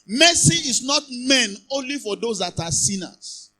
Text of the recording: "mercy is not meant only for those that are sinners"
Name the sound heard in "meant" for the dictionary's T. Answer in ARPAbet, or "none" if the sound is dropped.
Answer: none